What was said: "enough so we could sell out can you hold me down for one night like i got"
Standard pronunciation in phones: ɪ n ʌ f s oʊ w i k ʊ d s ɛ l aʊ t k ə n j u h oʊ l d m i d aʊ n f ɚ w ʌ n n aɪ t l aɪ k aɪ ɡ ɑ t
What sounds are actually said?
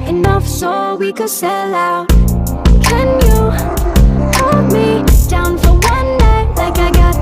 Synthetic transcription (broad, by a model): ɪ n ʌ f s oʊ w i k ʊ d s ɛ l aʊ k ə n j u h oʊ d m i d aʊ n f ɚ w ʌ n n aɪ l aɪ k aɪ ɡ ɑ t